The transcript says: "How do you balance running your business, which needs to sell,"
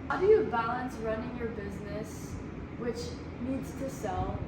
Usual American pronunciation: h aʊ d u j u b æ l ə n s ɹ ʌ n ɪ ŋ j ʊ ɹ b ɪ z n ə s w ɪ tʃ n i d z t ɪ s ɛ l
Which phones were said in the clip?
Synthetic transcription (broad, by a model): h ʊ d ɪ j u b æ l ə n s ɹ ʌ n ɪ ŋ j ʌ ɹ b ɪ z n ə s w ɪ tʃ n i d z t ɪ s ɛ l